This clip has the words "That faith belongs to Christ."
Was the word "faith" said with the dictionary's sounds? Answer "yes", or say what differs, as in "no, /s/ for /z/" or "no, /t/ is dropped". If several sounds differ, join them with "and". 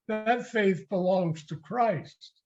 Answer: yes